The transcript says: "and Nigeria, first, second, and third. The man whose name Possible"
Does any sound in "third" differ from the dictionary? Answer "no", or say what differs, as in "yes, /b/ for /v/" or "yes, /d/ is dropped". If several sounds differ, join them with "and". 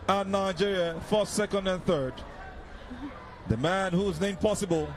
no